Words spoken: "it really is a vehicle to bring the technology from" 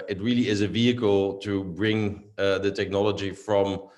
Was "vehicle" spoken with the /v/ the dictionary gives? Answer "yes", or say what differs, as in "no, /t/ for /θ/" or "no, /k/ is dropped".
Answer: yes